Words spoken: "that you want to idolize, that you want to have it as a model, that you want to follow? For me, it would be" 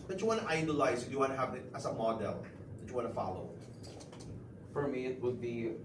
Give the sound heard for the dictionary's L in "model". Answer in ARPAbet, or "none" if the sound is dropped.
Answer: L